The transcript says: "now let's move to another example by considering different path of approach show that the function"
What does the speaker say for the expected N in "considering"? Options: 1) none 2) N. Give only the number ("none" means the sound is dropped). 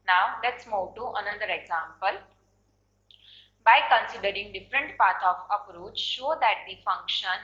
2